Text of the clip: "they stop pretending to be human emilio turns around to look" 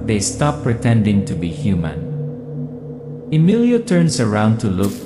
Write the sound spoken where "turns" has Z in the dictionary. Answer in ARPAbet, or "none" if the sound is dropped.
S